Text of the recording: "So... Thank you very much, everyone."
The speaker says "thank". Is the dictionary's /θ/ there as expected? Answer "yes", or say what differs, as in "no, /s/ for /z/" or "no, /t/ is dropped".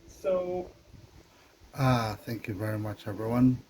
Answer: yes